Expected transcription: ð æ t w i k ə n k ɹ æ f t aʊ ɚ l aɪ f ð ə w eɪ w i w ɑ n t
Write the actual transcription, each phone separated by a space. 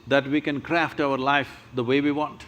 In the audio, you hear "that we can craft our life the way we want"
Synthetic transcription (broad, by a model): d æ t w i k ə n k ɹ æ f t aʊ ɚ l aɪ f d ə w eɪ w i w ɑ n t